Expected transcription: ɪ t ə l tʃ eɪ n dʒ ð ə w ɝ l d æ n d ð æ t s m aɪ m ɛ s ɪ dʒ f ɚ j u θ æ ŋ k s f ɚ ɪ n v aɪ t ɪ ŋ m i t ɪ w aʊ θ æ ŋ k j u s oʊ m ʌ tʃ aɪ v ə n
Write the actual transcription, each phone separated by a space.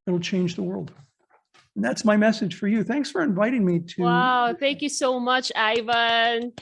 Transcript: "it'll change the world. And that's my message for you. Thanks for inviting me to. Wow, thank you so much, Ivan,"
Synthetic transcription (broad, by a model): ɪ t l tʃ eɪ n dʒ ð ə w ɝ l d n ð æ t s m aɪ m ɛ s ɪ dʒ f ɚ j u θ æ ŋ k s f ɚ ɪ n v aɪ t ɪ ŋ m i t ɪ w aʊ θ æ ŋ k j u s oʊ m ʌ tʃ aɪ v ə n